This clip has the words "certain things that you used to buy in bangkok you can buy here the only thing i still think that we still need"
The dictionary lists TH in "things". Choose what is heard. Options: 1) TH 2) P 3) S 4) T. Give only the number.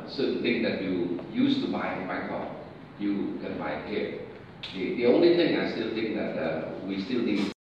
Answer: 4